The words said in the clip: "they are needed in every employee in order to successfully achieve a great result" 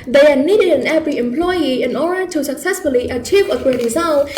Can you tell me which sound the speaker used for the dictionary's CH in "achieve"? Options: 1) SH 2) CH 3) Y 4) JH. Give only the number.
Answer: 2